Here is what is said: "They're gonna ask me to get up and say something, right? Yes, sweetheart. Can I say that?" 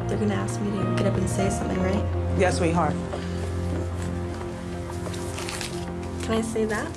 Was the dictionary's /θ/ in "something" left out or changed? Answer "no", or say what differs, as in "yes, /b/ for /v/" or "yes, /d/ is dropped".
no